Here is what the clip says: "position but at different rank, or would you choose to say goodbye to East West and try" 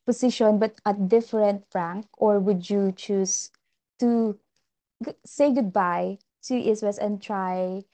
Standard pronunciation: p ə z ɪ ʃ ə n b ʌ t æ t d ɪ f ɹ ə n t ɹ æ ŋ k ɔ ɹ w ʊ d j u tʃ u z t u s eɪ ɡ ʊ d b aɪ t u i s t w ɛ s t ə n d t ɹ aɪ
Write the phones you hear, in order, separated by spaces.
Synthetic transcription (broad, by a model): p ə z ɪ ʃ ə n b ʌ t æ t d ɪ f ɹ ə n t ɹ æ ŋ k ɔ ɹ w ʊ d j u tʃ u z t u s eɪ ɡ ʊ d b aɪ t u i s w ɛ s ə n t ɹ aɪ